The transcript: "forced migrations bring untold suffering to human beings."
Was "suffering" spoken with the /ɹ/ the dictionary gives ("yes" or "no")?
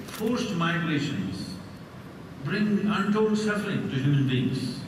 no